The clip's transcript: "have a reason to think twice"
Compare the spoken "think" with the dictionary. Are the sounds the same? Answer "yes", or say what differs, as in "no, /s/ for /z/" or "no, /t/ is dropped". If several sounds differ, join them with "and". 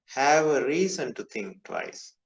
no, /t/ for /θ/